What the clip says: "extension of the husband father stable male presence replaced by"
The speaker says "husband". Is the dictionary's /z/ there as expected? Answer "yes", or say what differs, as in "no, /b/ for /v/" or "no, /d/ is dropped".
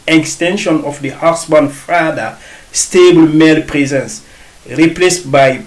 no, /s/ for /z/